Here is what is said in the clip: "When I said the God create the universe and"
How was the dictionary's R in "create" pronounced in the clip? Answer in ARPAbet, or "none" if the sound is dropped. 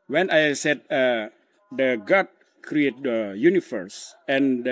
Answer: R